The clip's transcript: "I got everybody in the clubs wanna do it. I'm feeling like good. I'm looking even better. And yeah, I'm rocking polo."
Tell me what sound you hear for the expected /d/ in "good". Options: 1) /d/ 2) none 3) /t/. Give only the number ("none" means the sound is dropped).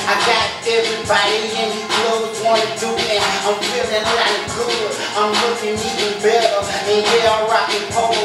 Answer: 2